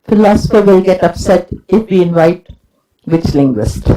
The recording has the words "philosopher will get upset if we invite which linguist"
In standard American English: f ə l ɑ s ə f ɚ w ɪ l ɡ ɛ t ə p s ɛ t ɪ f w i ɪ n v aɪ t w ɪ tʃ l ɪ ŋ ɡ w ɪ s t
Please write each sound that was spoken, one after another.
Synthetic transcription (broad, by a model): f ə l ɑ s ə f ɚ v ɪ l ɡ ɛ t ə p s ɛ t ɪ f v i ɪ n v aɪ t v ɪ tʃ l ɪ ŋ ɡ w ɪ s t